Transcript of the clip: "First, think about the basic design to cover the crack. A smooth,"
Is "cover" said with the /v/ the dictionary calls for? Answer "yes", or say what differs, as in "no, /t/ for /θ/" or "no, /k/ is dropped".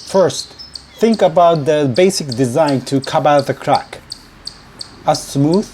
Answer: no, /b/ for /v/